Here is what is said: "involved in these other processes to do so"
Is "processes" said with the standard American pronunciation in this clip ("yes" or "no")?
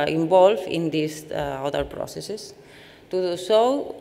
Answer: no